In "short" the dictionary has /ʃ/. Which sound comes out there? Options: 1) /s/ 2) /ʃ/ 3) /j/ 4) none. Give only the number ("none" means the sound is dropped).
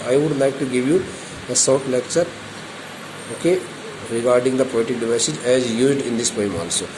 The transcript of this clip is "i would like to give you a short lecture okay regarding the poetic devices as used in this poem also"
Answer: 1